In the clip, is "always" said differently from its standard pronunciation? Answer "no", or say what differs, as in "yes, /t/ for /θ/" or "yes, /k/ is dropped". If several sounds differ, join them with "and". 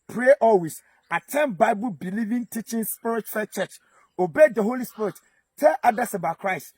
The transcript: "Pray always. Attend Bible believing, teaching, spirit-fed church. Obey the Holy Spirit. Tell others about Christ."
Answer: yes, /s/ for /z/